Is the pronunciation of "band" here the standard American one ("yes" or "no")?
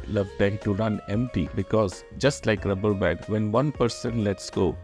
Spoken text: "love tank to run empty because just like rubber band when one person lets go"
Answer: no